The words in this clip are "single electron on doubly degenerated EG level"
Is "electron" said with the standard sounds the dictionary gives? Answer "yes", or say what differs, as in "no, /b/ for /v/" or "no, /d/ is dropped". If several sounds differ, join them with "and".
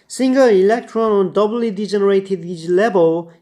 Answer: yes